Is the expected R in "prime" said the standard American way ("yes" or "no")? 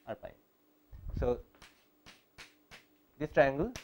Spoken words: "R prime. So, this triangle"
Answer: no